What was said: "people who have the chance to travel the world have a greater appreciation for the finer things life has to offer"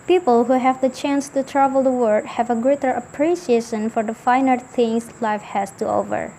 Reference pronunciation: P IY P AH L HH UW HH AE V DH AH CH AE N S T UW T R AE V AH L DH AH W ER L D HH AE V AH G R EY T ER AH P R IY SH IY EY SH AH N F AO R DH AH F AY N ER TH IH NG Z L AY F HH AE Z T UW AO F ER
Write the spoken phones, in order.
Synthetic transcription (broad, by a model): P IY P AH L HH UW HH AE V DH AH CH AE N S T UW T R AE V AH L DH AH W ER D HH AE V AH G R EY T ER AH P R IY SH IY EY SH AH N F AO R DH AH F AY N ER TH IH NG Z L AY F HH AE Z T UW AO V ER